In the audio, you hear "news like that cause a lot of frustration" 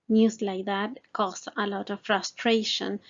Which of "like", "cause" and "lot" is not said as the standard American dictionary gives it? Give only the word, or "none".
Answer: cause